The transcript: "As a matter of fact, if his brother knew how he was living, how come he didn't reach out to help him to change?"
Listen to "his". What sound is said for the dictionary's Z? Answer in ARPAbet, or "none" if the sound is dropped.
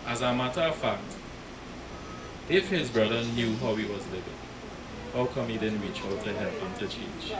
Z